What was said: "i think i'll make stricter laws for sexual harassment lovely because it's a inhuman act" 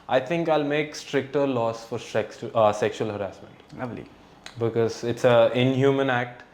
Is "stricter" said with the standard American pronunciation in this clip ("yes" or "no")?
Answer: yes